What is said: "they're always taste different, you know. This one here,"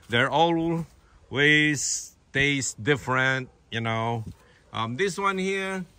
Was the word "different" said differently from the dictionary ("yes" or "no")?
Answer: no